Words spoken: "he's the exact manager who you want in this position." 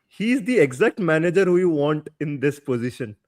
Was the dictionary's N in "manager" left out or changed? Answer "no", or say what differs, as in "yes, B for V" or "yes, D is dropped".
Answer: no